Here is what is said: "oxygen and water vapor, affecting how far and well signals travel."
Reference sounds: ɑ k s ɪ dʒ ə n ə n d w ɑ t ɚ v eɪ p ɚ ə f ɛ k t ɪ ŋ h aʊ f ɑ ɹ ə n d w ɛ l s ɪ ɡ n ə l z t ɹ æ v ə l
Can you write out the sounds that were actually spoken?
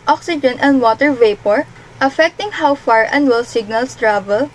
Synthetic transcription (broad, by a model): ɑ k s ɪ dʒ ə n ə n d w ɑ t ɚ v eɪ p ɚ ə f ɛ k t ɪ ŋ h aʊ f ɑ ɹ ə n d w ɛ l s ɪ ɡ n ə l s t ɹ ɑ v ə l